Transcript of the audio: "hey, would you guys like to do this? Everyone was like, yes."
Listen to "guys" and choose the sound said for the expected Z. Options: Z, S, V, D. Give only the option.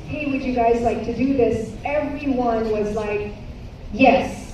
Z